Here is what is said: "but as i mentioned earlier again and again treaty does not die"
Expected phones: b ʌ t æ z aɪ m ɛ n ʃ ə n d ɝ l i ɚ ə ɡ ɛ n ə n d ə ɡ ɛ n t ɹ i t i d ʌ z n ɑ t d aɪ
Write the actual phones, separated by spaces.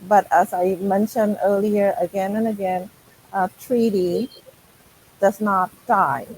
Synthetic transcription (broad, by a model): b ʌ t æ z aɪ m ɛ n ʃ ə n d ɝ l i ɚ ə ɡ ɛ n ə n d ə ɡ ɛ n t ɹ i t i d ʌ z n ɑ t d aɪ